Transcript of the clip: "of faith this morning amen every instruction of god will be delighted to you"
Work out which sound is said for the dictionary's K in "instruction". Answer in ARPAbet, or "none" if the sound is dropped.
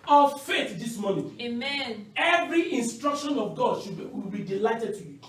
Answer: K